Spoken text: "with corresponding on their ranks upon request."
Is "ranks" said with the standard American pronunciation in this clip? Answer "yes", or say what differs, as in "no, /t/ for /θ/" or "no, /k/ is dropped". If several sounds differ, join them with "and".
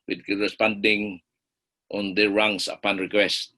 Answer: no, /k/ is dropped